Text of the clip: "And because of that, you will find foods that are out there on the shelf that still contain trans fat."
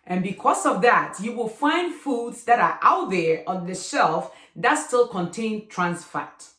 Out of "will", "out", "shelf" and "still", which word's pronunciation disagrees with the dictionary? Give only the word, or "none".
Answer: none